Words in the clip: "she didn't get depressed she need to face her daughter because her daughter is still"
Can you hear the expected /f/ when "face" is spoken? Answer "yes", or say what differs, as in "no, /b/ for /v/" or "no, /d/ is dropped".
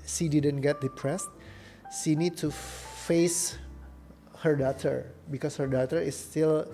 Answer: yes